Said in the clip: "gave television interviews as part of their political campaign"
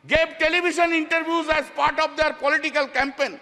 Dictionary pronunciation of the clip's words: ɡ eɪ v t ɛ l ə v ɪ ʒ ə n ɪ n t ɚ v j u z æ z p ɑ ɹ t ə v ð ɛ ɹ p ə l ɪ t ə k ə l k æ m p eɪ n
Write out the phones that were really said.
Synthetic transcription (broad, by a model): ɡ eɪ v t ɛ l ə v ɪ ʃ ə n ɪ n t ɚ v j u z æ z p ɑ ɹ t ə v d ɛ ɹ p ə l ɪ t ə k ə l k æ m p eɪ n